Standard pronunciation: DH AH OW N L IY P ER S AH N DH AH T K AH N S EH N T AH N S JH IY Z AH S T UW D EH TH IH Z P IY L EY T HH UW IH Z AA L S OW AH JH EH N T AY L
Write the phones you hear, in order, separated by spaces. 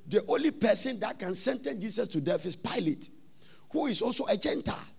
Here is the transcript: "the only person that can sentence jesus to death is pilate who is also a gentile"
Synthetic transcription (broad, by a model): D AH OW N L IY P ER S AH N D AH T K AH N S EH N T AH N JH IY S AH S T UW D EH F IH S P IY L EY T HH UW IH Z AA L S OW AH JH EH N T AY L